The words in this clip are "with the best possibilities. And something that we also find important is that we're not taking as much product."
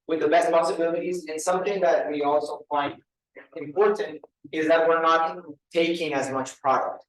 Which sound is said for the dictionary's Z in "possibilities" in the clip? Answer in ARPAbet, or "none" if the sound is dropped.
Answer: Z